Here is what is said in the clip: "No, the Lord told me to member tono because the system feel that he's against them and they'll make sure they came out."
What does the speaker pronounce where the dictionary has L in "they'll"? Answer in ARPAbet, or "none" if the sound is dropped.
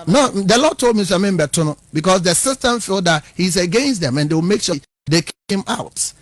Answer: W